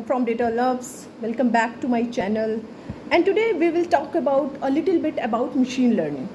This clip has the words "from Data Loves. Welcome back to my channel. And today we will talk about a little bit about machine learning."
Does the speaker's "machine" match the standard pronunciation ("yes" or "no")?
yes